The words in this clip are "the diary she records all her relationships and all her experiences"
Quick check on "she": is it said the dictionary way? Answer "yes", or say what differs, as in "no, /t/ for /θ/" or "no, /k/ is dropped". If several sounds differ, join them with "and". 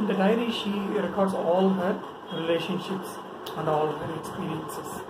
yes